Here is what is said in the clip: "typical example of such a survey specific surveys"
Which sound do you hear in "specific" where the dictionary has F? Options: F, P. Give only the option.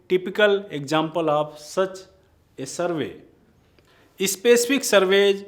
P